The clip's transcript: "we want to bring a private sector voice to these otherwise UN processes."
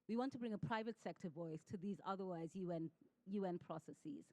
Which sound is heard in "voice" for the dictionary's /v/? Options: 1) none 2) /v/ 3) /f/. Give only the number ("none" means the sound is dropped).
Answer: 2